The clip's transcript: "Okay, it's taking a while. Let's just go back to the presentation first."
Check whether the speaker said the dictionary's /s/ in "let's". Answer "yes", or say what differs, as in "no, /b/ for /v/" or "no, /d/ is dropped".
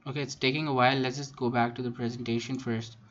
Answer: no, /s/ is dropped